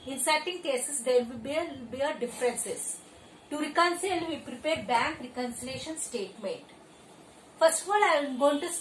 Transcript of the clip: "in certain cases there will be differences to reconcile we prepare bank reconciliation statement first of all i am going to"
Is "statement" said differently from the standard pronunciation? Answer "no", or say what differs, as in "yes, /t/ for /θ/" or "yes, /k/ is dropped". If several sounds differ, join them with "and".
yes, /n/ is dropped